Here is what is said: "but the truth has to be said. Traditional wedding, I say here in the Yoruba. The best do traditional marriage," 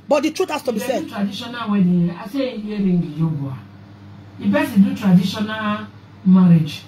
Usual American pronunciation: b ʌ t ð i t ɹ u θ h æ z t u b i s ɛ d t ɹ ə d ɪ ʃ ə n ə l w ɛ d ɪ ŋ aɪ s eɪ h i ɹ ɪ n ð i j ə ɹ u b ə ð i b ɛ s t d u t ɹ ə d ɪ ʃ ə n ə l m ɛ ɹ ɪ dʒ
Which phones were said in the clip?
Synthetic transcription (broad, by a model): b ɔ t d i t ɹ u t h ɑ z t u b i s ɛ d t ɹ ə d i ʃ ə n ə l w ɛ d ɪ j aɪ s eɪ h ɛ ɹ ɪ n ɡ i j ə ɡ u ə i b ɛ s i d u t ɹ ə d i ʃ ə n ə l m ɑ ɹ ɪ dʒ